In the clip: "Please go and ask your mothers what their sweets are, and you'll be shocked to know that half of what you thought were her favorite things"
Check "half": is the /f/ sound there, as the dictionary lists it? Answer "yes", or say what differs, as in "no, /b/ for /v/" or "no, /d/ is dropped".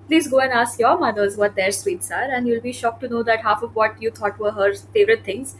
yes